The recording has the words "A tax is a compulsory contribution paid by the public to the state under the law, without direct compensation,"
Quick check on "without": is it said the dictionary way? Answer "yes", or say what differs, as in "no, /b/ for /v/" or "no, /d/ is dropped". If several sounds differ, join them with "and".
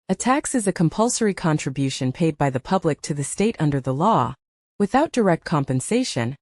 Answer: yes